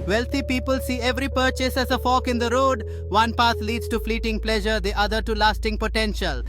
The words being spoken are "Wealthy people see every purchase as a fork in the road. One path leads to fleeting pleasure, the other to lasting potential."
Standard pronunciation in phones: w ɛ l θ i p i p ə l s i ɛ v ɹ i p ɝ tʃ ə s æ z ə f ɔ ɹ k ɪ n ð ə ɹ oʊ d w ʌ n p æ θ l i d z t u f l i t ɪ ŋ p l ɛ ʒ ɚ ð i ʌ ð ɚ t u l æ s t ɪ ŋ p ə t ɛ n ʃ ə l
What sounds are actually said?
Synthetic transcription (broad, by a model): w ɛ l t i p i p ə l s i ɛ v ɹ i p ɝ tʃ ə s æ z ə f ɔ k ɪ n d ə ɹ oʊ d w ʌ n p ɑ t l i d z t u f l i t ɪ ŋ p l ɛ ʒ ɚ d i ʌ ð ɚ t u l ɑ s t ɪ ŋ p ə t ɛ n ʃ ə l